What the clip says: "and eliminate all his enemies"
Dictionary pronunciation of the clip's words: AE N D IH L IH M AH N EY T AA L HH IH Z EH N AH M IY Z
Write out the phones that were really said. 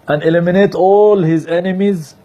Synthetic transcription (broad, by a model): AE N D IH L IH M AH N EY T AA L HH IH Z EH N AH M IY Z